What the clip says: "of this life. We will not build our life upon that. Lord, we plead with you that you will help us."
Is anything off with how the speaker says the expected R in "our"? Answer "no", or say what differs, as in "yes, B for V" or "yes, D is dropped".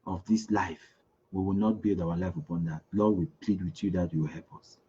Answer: yes, W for R